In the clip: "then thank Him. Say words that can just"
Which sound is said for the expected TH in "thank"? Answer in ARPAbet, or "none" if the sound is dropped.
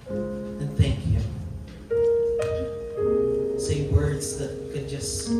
TH